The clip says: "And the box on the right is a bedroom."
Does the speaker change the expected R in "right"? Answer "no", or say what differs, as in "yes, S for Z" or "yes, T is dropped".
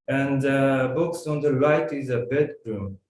yes, L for R